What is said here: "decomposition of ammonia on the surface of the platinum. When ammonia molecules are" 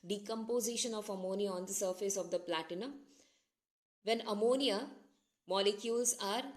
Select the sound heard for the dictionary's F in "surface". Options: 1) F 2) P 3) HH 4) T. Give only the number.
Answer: 1